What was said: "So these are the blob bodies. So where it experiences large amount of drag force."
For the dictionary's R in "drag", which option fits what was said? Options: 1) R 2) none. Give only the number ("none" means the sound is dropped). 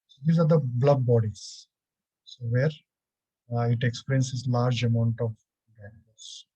2